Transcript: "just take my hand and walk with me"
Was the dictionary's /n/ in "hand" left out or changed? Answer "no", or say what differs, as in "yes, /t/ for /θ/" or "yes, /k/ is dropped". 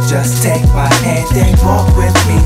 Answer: yes, /n/ is dropped